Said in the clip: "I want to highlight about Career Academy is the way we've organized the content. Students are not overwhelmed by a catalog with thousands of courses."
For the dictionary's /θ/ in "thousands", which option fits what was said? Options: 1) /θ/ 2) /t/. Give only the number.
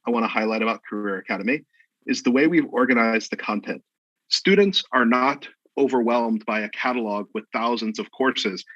1